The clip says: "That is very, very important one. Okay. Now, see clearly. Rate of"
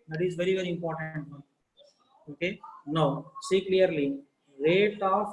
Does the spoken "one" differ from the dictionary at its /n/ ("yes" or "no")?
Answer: yes